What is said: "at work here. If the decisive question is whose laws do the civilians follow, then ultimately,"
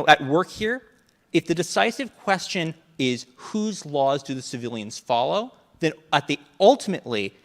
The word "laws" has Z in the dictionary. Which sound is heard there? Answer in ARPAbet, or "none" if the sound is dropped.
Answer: Z